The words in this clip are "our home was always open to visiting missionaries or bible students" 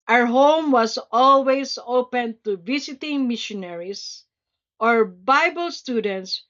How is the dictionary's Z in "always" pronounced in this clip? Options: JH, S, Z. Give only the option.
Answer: S